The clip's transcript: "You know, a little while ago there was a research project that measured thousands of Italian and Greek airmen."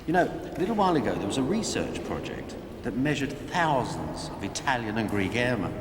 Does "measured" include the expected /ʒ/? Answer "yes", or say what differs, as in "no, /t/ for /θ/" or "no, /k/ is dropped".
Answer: yes